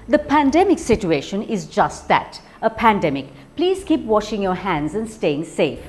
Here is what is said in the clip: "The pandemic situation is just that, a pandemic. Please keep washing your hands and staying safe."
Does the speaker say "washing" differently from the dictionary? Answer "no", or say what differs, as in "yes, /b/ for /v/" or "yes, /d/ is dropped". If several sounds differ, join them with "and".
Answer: no